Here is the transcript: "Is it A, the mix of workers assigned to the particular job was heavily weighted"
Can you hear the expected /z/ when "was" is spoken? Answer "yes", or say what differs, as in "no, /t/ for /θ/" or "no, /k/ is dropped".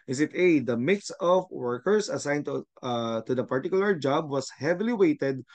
no, /s/ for /z/